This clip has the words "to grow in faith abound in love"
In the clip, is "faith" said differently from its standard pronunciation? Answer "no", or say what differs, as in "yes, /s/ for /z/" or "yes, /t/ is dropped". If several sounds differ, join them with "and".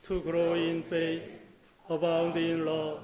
yes, /s/ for /θ/